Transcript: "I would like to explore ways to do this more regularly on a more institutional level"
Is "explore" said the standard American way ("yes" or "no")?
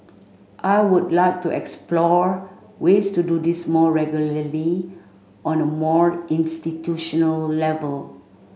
yes